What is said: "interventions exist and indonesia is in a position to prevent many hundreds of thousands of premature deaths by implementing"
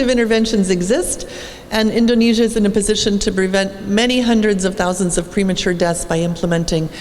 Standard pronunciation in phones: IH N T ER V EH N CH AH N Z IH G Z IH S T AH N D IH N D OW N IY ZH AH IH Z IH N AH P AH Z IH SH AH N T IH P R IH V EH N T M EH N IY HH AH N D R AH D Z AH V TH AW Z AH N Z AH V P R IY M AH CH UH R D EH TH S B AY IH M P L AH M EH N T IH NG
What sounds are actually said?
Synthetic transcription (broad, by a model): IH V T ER V EH N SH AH N Z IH G Z IH S T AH N IH N D OW N IY ZH AH IH Z IH N AH P AH Z IH SH AH N T IH P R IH V EH N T M EH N IY HH AH N D R AH D Z AH V TH AW Z AH N Z AH V P R IY M AH CH UH R D EH T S B AY IH M P L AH M EH N T IH NG